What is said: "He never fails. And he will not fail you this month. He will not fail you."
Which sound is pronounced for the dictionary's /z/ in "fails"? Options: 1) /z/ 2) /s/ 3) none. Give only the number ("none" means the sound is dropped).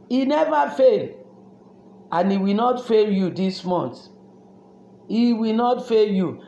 3